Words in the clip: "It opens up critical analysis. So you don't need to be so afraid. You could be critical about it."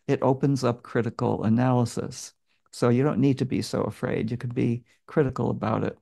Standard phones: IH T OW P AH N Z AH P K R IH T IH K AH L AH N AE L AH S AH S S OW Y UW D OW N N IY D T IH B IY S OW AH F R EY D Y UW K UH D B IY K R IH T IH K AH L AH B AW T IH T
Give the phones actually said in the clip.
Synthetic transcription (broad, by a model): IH T OW P AH N Z AH P K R IH T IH K L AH N AE L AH S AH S S OW Y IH D OW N N IY D T IH B IY S OW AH F R EY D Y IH K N B IY K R IH T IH K L AH B AW T IH T